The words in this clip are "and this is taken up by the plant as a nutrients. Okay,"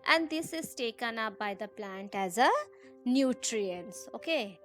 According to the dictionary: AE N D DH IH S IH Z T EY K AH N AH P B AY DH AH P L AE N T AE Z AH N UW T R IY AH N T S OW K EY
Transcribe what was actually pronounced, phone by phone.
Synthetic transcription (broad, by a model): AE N D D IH S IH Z T EY K AH N AH P B AY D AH P L AE N T AE Z AH N UW T R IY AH N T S OW K EY